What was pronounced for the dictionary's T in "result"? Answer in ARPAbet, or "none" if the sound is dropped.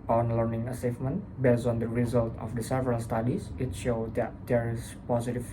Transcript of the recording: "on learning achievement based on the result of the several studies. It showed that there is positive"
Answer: T